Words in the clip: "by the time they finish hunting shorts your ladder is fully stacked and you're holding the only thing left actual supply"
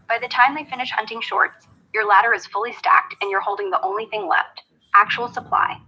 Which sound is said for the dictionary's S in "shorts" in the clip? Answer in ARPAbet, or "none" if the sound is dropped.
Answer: S